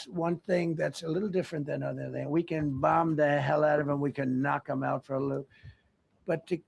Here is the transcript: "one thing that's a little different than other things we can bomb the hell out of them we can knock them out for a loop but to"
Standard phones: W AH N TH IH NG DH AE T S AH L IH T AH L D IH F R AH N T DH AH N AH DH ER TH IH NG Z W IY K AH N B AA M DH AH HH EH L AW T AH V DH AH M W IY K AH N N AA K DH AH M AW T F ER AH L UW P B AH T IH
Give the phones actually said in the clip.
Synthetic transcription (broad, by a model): W AH N TH IH NG DH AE T S AH L IH T L D IH F R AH N DH AH N AH DH ER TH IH NG W IY K AH N B AA M DH AH HH EH L AW T AH V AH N W IY K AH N N AA K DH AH M AW T F ER AH L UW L B AH T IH